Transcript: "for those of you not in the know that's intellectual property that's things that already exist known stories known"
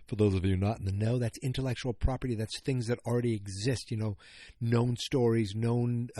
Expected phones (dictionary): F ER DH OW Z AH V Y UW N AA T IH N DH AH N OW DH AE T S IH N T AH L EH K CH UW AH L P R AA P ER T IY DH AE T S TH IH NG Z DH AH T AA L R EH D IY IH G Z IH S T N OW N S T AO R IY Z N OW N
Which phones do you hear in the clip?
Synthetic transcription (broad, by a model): F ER DH OW Z AH V Y UW N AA T N DH AH N OW DH AE T S IH N T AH L EH K CH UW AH L P R AA P ER T IY DH AE T S TH IH NG Z DH AH T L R EH D IY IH G Z IH S T N OW N S T AO R IY Z N OW N